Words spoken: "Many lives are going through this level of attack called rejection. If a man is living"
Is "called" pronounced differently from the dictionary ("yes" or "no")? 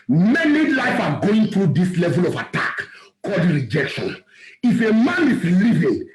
no